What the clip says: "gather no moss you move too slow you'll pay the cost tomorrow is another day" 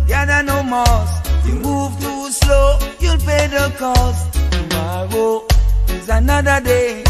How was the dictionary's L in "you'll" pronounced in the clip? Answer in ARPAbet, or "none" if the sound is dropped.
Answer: L